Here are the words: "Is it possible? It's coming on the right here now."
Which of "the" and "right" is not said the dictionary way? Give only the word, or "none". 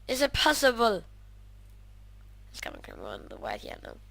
right